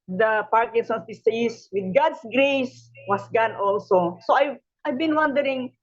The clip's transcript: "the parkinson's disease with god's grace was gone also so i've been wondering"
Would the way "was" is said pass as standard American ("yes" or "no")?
no